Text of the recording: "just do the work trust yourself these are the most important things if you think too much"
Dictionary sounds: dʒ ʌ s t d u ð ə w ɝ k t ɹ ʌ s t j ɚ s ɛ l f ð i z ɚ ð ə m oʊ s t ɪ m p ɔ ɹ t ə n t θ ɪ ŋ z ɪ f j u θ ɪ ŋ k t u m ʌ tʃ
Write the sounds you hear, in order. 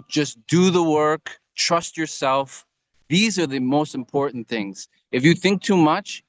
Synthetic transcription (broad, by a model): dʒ ʌ s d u ð ə w ɝ k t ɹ ʌ s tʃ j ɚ s ɛ l f ð i z ɚ ð ə m oʊ s t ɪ m p ɔ ɹ t n θ ɪ ŋ z ɪ f j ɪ θ ɪ ŋ k t u m ʌ tʃ